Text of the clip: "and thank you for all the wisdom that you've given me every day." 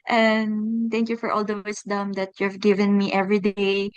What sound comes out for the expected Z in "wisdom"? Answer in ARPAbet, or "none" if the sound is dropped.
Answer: S